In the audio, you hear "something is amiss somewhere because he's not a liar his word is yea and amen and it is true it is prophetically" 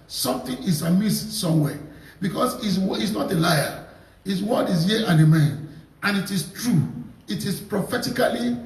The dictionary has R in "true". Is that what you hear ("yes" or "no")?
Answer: yes